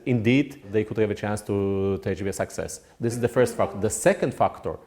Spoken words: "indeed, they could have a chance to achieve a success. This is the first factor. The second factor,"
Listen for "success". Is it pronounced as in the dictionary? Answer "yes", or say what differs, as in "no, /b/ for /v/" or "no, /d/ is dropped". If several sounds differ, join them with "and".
yes